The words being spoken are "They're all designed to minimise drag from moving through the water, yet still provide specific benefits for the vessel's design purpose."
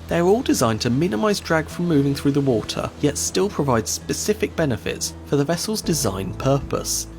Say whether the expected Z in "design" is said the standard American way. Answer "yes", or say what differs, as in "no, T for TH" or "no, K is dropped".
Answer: yes